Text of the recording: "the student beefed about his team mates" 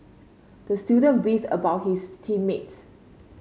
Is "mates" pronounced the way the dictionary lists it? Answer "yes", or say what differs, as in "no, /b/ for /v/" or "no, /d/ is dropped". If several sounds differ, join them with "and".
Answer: yes